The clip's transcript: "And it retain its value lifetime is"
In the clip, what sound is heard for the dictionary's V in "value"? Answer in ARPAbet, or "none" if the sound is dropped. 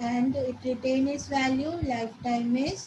V